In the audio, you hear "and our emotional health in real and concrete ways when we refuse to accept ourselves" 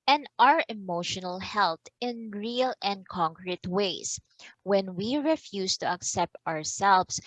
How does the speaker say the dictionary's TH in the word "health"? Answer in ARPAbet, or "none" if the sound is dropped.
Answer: T